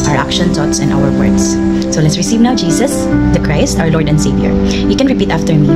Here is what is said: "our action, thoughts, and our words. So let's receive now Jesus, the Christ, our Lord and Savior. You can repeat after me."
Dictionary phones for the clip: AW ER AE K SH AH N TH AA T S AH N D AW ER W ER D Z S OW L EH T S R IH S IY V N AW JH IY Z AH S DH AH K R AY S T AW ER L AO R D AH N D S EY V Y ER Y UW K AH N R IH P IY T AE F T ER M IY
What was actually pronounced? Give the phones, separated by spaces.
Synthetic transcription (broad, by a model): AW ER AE K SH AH N T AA T S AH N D AW ER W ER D S OW L EH T S R IH S IY V N AW JH IY S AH S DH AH K R AY S T AW ER L AO R D AH N D S EY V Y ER Y UW K AH N R IH P IY T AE F T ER M IY